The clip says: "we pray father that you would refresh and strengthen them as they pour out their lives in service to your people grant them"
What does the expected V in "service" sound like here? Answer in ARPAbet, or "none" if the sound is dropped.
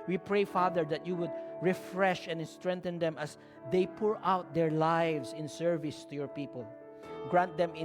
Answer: V